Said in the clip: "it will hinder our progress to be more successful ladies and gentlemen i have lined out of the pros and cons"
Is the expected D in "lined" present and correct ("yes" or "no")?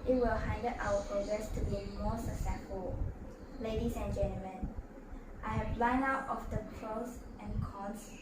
no